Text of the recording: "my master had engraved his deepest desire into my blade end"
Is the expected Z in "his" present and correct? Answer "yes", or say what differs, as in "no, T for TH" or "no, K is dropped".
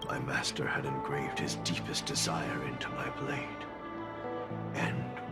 yes